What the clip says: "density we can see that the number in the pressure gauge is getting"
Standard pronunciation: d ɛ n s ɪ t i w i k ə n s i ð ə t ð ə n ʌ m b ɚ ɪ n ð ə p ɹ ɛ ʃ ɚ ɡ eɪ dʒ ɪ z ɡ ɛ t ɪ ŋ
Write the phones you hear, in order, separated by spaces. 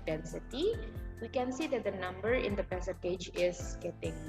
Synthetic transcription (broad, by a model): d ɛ n s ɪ t i w i k ə n s i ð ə t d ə n ʌ m b ɚ ɪ n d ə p ɛ s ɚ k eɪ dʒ ɪ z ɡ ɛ t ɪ ŋ